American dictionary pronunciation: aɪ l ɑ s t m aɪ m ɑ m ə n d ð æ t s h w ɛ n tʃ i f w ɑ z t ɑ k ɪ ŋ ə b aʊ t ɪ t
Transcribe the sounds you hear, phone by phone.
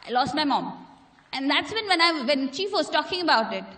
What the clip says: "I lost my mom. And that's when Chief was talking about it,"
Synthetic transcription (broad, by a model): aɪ l ɑ s t m aɪ m ɑ m ə n d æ t s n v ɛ n tʃ i f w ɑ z t ɑ k ɪ ŋ ə b aʊ t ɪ t